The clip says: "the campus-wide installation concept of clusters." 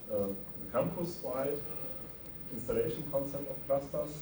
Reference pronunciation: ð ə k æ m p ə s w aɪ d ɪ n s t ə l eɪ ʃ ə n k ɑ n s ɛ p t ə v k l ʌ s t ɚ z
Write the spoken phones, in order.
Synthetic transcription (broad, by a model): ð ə k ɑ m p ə s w aɪ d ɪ n s t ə l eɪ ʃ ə n k ɑ n s ɛ p t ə f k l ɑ s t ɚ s